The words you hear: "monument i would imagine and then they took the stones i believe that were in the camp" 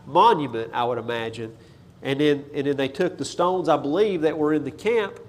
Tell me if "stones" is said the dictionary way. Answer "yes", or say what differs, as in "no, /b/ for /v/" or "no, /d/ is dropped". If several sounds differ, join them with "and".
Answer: yes